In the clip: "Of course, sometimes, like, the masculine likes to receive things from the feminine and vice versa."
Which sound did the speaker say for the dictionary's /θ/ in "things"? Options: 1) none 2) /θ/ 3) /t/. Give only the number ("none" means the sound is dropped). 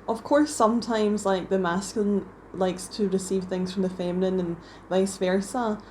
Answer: 2